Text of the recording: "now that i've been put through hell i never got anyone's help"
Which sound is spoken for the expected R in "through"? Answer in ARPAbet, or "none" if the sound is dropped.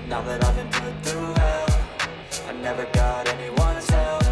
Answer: none